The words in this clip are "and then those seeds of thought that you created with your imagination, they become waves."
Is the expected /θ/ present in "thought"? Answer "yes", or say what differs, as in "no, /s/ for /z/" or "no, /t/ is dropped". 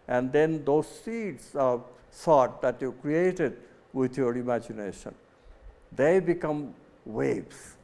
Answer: no, /s/ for /θ/